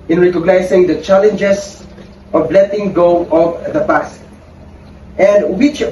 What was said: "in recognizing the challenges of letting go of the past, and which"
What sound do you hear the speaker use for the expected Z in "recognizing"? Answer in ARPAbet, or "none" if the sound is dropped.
S